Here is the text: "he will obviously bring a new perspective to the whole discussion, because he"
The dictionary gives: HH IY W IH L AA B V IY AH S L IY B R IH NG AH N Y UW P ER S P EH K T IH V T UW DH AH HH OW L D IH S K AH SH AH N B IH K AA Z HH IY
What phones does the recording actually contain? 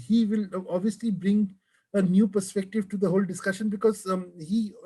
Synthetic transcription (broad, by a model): HH IY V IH L AA B V IY AH S L IY B R IH NG AH N Y UW P ER S P EH K T IH V T UW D AH HH OW L D IH S K AH SH AH N B IH K AA Z HH IY